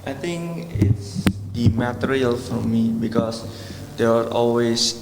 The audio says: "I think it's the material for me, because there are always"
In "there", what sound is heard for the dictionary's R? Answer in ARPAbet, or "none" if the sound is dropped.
W